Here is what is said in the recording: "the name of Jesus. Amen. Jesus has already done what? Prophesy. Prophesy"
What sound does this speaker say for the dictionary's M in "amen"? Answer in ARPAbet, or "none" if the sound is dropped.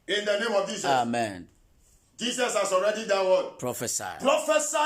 M